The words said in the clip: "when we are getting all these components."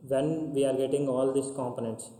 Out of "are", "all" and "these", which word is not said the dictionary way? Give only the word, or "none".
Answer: these